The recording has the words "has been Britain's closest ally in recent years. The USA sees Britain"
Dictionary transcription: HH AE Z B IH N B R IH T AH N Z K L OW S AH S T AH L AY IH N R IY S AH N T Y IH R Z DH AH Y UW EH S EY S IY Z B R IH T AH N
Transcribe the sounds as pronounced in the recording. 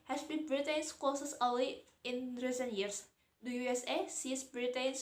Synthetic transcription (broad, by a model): HH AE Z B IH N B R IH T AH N S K OW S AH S AH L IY IH N R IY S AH N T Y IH R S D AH Y UW EH S EY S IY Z B R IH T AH N